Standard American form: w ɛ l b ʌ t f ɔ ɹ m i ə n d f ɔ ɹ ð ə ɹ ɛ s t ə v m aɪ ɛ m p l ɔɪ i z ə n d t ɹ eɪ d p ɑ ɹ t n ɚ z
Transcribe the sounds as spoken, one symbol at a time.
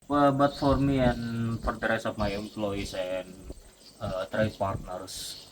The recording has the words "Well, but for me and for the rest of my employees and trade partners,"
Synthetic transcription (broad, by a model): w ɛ b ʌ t f ɔ ɹ m i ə n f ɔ ɹ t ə ɹ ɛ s ə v m aɪ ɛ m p l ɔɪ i s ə n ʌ t ɹ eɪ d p ɑ ɹ t n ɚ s